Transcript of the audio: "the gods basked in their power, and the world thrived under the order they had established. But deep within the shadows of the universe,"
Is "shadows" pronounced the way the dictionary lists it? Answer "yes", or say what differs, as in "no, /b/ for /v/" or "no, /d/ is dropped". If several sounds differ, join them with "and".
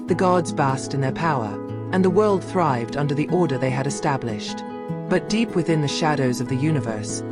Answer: yes